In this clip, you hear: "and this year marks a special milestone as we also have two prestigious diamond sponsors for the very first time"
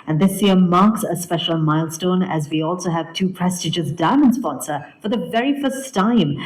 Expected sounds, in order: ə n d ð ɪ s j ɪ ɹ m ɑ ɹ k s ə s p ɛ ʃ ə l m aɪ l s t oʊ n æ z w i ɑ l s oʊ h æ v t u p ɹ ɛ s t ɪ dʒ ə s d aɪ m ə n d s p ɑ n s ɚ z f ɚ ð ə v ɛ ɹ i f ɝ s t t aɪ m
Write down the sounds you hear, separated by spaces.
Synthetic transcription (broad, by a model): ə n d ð ɪ s j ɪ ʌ m ɑ ɹ k s ə s p ɛ ʃ ə l m aɪ l s t oʊ n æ z w i ɑ l s oʊ h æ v t u p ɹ ɛ s t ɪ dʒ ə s d aɪ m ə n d s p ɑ n s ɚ f ɚ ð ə v ɛ ɹ i f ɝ s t t aɪ m